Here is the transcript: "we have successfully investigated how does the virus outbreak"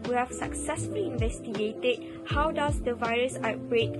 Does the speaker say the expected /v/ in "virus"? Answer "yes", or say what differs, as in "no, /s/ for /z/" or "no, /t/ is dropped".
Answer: yes